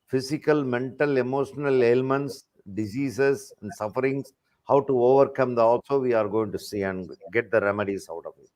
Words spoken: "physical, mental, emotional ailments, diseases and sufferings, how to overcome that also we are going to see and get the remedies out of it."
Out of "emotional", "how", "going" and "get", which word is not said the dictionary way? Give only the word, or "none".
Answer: none